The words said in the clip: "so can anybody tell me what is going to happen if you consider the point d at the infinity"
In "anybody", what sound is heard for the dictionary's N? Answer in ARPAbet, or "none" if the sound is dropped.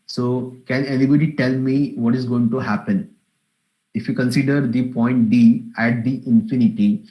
L